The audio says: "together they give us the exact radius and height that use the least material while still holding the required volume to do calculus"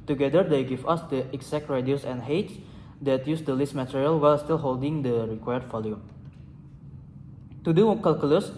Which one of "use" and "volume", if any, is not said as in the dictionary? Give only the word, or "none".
volume